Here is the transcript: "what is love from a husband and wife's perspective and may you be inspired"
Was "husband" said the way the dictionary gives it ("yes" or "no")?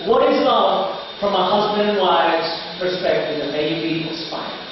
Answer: yes